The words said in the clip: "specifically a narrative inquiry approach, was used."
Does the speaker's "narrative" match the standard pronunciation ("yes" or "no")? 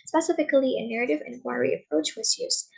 yes